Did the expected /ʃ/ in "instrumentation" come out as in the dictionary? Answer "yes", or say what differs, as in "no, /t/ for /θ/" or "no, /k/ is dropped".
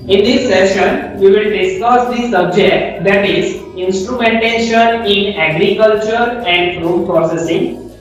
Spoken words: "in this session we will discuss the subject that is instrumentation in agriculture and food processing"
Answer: yes